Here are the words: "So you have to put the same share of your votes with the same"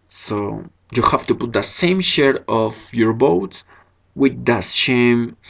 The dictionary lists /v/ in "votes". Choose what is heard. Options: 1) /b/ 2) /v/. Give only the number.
1